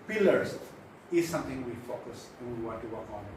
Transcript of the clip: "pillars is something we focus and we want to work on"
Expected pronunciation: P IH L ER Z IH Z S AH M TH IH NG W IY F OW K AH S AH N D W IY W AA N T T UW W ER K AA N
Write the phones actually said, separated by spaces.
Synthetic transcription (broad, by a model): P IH L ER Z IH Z S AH M T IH NG W IY F OW K AH S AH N W IY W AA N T T UW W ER K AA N